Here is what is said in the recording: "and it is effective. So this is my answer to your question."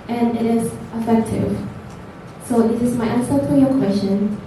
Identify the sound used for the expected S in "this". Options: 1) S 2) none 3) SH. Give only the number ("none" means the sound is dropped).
2